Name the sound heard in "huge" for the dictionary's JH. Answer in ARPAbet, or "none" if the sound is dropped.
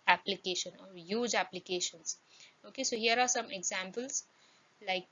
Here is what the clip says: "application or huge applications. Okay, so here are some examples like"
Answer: JH